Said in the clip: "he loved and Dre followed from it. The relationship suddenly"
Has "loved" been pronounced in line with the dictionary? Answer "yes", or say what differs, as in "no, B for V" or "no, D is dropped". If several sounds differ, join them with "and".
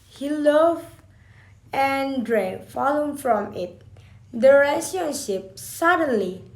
no, D is dropped